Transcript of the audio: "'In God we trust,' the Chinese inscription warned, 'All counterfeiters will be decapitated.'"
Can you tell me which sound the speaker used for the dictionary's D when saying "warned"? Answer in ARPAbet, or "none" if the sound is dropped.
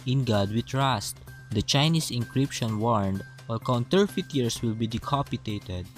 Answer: D